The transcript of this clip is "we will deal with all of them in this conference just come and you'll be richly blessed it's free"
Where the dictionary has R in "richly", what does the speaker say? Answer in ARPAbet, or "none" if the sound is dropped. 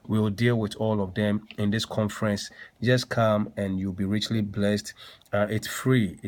R